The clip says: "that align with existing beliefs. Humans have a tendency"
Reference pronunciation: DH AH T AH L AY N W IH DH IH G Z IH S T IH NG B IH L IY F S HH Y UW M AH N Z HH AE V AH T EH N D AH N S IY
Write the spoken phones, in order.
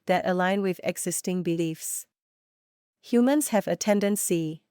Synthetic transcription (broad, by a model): DH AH T AH L AY N W IH DH IH G Z IH S T IH NG B IH L IY F S HH Y UW M AH N Z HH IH V AH T EH N D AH N S IY